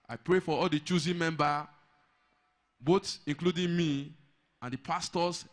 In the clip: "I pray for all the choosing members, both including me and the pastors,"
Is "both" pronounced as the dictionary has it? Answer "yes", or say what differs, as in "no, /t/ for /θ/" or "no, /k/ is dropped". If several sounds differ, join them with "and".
no, /s/ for /θ/